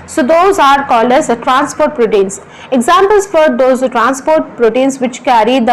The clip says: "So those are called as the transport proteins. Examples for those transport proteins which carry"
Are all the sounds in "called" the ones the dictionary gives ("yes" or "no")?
no